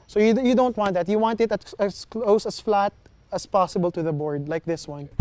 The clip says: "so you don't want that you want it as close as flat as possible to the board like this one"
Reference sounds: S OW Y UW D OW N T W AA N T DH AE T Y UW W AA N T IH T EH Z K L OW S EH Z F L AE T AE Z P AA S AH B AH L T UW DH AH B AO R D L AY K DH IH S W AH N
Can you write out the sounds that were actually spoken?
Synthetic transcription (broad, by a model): S OW Y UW D OW N T W AA N T DH AE T Y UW W AA N T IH T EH S K L OW S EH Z F L AE T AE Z P AA S AH B AH L T UW DH AH B AO R D L AY K DH IH S W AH N